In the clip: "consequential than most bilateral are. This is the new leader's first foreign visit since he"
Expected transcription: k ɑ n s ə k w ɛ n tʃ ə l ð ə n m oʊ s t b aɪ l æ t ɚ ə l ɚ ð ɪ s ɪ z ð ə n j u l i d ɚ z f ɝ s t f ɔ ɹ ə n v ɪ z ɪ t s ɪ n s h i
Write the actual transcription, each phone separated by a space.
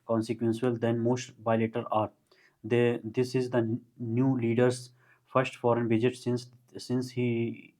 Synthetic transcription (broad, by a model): k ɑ n s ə k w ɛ n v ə l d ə n m oʊ s t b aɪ l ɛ t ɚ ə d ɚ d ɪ s ɪ z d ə n j u l i d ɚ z f ɝ s t f ɔ ɹ ə n b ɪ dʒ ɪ t s ɪ n s h i